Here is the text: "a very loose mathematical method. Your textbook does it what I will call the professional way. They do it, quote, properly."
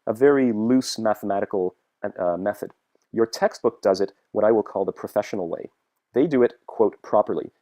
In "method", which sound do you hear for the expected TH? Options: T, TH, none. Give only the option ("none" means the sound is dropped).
TH